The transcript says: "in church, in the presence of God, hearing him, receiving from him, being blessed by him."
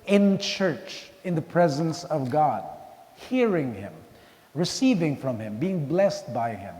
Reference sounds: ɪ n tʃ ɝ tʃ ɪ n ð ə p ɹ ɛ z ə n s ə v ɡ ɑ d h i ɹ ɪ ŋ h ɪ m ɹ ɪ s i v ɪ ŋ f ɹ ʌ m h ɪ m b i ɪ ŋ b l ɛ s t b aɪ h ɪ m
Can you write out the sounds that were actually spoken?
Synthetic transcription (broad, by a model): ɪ n tʃ ɝ tʃ ɪ n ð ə p ɹ ɛ z ə n s ə v ɡ ɑ d h i ɹ ɪ ŋ h ɪ m ɹ ɪ s i v ɪ ŋ f ɹ ʌ m h ɪ m b i ɪ ŋ b l ɛ s t b aɪ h ɪ m